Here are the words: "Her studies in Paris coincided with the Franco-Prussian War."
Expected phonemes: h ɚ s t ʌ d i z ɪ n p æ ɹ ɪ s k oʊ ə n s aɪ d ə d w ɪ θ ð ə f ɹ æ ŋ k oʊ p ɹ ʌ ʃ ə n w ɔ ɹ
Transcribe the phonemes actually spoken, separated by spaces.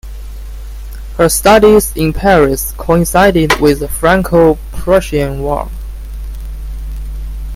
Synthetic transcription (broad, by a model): h ɚ s t ʌ d i z ɪ n p æ ɹ ɪ s k oʊ ə n s aɪ d ə d w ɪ ð ə f ɹ æ ŋ k oʊ p ɹ ʌ ʃ ə n w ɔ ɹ